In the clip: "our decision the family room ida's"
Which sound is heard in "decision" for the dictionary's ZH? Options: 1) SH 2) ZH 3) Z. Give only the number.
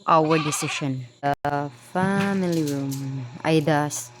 1